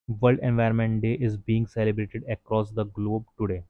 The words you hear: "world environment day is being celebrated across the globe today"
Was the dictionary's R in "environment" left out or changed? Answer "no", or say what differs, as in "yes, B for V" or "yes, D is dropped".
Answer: yes, R is dropped